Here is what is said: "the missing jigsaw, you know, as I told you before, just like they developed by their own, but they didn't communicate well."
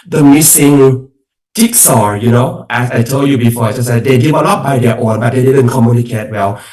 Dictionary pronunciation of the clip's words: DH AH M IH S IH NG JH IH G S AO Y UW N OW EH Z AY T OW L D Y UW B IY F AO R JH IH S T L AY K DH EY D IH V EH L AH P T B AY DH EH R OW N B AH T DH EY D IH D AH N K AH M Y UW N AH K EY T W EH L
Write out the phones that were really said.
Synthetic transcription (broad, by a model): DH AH M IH S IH NG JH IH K S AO Y UW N OW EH S AY T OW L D Y UW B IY F AO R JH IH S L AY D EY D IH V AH L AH T B AY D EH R OW N B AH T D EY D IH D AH N K AH M Y UW N AH K EY T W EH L